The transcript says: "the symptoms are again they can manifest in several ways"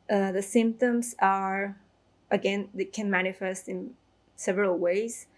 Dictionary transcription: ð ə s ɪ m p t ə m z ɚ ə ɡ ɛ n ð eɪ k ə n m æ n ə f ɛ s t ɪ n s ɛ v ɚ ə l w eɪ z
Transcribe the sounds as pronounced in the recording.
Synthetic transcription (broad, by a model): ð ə s ɪ m p t ə m z ɚ ə ɡ ɛ n ð eɪ k ə n m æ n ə f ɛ s t ɪ n s ɛ v ɚ ə l w eɪ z